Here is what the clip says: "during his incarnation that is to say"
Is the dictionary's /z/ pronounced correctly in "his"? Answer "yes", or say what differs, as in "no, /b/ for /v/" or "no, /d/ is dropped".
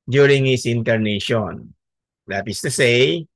no, /s/ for /z/